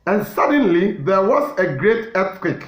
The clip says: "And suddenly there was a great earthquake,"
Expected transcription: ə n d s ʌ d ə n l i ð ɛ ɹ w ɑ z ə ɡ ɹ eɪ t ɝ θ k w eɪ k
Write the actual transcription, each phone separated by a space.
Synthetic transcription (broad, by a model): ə n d s ʌ d ə n l i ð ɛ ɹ w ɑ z ə ɡ ɹ eɪ t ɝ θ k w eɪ k